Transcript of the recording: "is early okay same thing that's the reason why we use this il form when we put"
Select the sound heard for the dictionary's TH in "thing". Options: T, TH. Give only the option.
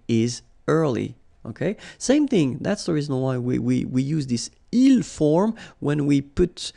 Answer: TH